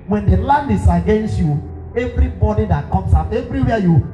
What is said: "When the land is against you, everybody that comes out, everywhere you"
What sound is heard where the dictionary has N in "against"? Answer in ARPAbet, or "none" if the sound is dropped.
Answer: N